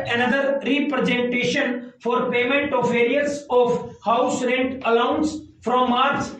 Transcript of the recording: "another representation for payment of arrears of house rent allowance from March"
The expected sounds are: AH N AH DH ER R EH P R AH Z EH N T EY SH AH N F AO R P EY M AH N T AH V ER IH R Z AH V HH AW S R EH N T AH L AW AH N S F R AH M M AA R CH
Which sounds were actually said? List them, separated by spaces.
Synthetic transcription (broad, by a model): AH N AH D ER R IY P R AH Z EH N T EY SH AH N F AO R P EY M AH N T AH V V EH R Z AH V HH AW S R EH N T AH L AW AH N S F R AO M M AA R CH